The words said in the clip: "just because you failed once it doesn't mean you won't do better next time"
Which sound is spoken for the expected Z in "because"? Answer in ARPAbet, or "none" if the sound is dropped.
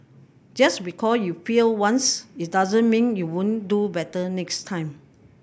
none